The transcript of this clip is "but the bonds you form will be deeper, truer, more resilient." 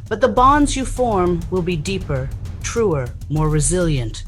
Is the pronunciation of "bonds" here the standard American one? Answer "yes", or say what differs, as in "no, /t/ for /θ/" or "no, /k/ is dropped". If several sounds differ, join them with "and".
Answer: yes